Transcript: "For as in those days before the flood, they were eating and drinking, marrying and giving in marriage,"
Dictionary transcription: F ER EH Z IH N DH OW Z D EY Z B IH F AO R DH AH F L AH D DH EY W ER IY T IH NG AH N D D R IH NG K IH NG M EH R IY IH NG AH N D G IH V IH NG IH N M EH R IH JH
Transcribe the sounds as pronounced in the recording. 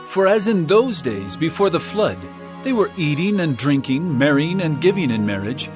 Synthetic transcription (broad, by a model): F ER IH Z IH N DH OW Z D EY Z B IH F AO R DH AH F L AH D DH EY W ER IY T IH NG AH N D D R IH NG K IH NG M EH R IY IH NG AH N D G IH V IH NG IH N M EH R IH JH